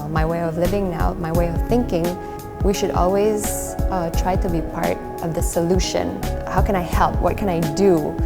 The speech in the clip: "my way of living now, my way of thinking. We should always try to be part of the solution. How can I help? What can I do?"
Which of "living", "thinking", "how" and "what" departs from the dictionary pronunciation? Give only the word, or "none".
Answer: none